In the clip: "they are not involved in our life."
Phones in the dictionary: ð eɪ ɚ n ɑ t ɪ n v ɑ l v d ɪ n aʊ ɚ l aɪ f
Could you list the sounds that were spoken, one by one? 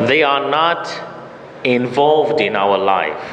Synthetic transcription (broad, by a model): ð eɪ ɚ n ɑ t ɪ n v ɑ l v d ɪ n aʊ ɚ l aɪ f